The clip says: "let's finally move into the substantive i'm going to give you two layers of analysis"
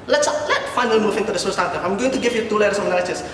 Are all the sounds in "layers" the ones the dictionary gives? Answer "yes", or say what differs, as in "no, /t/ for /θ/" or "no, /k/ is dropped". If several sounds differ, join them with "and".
no, /z/ is dropped